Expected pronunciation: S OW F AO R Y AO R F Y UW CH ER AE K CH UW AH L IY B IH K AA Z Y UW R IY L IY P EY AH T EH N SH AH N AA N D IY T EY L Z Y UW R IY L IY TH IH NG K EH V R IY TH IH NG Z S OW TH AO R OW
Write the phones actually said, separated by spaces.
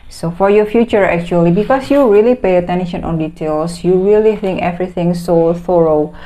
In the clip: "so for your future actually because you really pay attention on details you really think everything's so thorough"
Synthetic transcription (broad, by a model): S OW F AO R Y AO F Y UW CH ER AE K CH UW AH L IY B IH K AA S Y UW R IY L IY P EY AH T EH N SH AH N AA N D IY T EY L S Y UW R IY L IY TH IH NG K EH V R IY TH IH NG S OW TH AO R OW